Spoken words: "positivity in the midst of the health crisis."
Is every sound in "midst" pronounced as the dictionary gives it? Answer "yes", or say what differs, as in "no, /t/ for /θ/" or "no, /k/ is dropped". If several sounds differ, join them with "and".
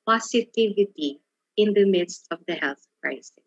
yes